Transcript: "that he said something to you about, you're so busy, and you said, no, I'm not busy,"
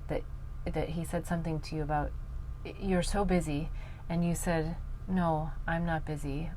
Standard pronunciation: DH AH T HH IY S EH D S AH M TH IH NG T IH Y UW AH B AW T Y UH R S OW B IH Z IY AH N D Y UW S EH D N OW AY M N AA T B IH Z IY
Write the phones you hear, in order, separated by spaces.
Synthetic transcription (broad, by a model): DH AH T HH IY S EH D S AH M TH IH NG T IH Y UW AH B AW T Y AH R S OW B IH Z IY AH N Y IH S EH D N OW AY M N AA T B IH Z IY